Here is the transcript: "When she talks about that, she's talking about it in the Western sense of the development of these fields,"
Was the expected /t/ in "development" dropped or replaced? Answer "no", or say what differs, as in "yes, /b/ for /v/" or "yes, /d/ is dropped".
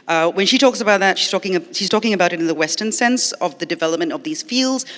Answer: no